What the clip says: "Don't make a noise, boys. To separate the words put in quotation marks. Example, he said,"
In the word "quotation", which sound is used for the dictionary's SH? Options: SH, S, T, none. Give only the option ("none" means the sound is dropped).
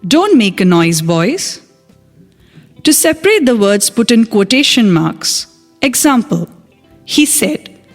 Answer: SH